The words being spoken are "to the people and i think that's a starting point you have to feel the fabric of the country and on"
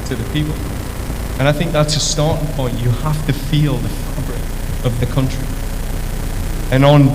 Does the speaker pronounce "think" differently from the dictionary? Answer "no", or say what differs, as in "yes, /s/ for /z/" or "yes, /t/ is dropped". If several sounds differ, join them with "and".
no